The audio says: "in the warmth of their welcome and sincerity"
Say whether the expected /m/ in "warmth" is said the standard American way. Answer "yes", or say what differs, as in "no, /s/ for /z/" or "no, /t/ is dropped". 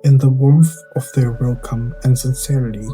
no, /m/ is dropped